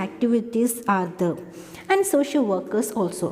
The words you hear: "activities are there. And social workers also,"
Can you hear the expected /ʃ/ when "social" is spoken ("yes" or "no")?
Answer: yes